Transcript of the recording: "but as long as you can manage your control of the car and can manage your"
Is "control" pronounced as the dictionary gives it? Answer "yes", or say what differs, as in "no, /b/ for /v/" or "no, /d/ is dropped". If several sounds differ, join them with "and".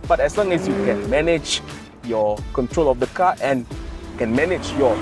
yes